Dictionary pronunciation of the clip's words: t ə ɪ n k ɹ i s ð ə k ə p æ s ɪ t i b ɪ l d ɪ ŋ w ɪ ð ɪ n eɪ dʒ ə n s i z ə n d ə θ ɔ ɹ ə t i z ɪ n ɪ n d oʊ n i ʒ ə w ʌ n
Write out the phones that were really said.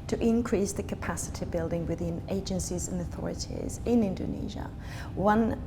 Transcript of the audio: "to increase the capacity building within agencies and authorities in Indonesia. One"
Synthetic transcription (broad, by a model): t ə ɪ n k ɹ i s ð ə k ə p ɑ s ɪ t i b ɪ l d ɪ ŋ w ɪ ð ɪ n eɪ dʒ ə n s i z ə n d ə θ ɔ ɹ ə t i z ɪ n ɪ n d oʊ n i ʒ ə w ʌ n